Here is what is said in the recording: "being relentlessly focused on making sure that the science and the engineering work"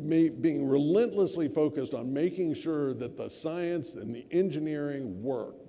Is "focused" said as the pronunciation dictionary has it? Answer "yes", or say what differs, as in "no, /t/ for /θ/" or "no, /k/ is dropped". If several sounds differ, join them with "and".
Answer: yes